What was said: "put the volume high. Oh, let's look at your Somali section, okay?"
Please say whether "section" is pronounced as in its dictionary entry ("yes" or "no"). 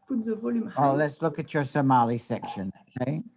yes